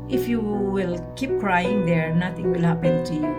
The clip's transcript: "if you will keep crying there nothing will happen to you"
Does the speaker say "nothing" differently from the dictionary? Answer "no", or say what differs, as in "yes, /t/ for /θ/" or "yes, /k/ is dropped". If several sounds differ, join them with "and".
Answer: yes, /t/ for /θ/